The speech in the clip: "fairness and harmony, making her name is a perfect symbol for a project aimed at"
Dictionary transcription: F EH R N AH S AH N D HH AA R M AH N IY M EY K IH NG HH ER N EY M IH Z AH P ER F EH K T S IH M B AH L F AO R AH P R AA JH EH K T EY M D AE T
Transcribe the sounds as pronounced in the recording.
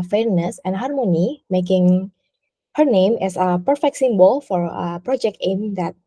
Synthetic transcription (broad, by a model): F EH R N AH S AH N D HH AA R M AH N IY M EY K IH NG HH ER N EY M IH S AH P ER F EH K T S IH M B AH L F AO R AH P R AA JH EH K T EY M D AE T